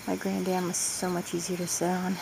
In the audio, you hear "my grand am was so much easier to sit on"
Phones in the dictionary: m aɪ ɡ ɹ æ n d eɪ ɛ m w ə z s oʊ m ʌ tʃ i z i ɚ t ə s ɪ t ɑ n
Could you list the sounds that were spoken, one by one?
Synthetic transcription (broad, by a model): m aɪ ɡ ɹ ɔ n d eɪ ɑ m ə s s oʊ m ʌ tʃ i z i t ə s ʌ ɑ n